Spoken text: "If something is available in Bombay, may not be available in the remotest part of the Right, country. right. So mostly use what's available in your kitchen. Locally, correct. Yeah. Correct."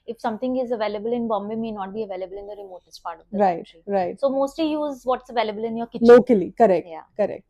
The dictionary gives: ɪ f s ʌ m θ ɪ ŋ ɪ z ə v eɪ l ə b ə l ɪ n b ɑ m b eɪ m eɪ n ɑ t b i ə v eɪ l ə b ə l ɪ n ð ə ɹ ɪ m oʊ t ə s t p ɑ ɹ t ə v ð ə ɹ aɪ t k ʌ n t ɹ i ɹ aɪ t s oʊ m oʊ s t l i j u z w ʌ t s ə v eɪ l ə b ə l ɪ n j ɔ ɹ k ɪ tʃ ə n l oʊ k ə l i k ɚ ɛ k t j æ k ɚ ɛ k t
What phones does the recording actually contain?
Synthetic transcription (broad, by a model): ɪ f s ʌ m t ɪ ŋ ɪ z ə v eɪ l ə b ə l ɪ n b ɑ m b eɪ m eɪ n ɑ t b i ə v eɪ l ə b ə l ɪ n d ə ɹ ɪ m oʊ t ə s t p ɑ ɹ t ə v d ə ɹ aɪ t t i ɹ aɪ t s oʊ m oʊ s t l i j u z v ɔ t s ə v eɪ l ə b ə l ɪ n j ɔ ɹ k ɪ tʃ l oʊ k ə l i k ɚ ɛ k j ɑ k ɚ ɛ k t